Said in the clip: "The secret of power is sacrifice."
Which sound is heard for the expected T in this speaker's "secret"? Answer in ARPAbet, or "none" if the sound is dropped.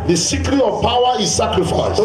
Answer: none